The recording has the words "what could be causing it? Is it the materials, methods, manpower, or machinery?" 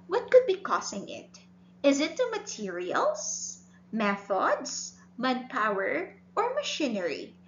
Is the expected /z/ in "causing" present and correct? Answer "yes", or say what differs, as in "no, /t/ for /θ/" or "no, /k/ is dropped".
no, /s/ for /z/